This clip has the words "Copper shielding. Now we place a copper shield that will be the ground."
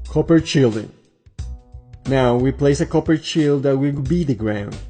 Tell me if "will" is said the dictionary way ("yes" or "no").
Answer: no